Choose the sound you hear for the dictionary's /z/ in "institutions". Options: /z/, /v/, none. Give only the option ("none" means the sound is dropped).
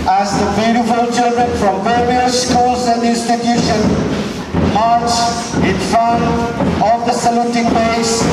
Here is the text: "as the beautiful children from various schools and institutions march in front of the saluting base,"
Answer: none